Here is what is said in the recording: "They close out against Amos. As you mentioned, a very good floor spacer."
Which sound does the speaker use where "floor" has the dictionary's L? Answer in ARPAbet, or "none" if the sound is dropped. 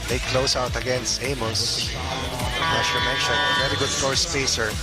none